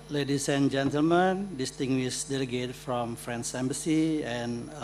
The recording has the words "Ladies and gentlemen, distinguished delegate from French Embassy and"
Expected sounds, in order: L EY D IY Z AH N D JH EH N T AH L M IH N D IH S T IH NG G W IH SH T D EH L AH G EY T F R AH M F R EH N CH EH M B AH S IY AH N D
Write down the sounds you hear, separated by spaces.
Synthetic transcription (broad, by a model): L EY D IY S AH N JH EH N T AH L M IH N D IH S T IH NG G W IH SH D EH L AH G EY T F R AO M F R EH N S EH M B AH S IY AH N